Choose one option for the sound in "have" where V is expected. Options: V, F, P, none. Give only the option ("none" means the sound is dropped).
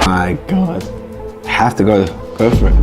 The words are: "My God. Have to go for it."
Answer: F